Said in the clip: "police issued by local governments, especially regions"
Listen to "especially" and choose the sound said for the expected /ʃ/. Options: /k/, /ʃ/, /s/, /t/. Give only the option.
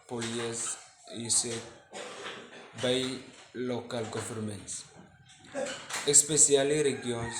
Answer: /s/